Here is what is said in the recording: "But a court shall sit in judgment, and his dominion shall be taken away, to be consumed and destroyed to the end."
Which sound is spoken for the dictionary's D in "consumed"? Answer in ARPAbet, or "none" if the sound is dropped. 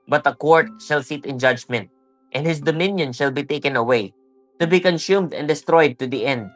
D